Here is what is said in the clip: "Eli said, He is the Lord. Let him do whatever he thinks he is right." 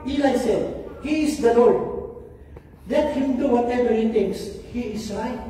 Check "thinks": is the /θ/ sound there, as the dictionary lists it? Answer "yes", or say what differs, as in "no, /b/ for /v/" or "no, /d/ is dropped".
no, /t/ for /θ/